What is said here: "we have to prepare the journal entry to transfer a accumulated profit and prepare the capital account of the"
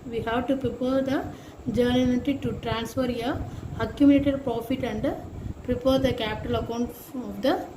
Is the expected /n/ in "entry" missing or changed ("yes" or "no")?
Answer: yes